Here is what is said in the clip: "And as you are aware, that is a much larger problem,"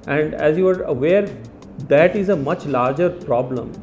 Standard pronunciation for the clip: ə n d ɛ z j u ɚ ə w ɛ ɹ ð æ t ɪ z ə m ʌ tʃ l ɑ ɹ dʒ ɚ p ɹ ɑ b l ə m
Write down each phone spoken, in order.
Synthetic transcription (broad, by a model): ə n d ɛ z j u ɚ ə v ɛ ɹ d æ t ɪ z ə m ʌ tʃ l ɑ ɹ dʒ ɚ p ɹ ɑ b l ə m